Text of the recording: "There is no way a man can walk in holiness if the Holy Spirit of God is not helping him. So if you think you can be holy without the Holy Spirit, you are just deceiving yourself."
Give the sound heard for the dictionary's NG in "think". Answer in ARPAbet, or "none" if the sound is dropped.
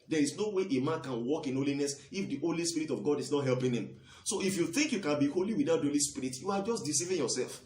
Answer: NG